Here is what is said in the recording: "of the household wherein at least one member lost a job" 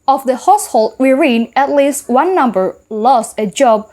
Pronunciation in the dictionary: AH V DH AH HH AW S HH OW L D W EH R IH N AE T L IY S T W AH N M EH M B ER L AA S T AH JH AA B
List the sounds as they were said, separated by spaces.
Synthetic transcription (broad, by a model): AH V DH AH HH AW S HH OW L D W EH R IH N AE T L IY S T W AH N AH M B ER L AA S T AH JH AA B